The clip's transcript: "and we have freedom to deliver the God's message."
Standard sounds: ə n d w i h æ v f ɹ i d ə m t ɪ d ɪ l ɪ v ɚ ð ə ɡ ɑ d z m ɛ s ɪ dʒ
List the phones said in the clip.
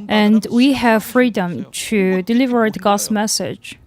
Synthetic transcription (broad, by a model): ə n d w i h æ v f ɹ i d ə m t ɪ d ɪ l ɪ v ɚ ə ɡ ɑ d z m ɛ s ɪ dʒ